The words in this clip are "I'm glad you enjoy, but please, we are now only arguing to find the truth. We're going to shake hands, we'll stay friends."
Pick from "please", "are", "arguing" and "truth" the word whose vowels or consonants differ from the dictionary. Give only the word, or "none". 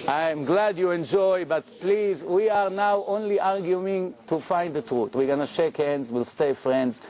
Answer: truth